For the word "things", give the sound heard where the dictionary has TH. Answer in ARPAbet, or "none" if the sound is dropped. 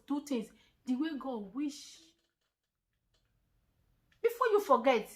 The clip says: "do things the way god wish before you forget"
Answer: T